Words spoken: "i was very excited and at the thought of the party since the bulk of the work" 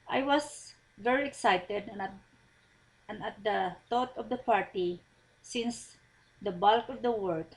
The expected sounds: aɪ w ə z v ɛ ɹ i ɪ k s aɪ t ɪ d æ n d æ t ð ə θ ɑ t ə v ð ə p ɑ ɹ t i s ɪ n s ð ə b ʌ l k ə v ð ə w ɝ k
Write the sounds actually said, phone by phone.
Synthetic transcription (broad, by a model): aɪ w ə s v ɛ ɹ i ɪ k s aɪ t ɪ d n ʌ t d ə t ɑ t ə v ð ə p ɑ ɹ t i s ɪ n s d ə b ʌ l k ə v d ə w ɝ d